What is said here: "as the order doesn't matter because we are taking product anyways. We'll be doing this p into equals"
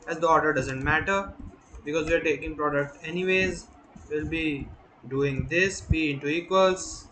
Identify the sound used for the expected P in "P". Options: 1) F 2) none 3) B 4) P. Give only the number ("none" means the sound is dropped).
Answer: 3